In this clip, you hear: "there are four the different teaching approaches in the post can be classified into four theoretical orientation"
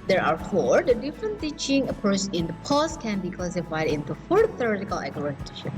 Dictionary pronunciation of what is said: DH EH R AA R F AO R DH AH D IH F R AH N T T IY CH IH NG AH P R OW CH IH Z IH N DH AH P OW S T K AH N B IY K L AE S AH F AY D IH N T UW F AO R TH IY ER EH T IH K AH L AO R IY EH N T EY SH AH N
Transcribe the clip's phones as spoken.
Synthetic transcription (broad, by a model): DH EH R AA R F AO R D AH D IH F R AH N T T IY CH IH NG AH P OW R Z IH N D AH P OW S K AH N B IY K L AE S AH F AY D IH N T UW F AO R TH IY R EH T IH K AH L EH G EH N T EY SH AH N